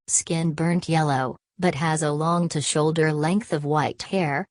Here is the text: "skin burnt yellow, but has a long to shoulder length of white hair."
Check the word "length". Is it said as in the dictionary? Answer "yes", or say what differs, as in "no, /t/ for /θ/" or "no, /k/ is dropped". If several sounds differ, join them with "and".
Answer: yes